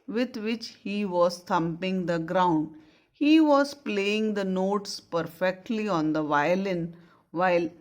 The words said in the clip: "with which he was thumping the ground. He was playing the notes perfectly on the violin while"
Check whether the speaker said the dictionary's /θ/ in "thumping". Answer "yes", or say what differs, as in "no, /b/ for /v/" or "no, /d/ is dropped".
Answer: no, /t/ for /θ/